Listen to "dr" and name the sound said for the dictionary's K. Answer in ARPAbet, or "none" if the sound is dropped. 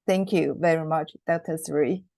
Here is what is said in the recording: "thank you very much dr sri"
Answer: none